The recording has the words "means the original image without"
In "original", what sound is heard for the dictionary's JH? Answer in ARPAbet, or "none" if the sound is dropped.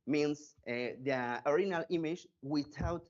none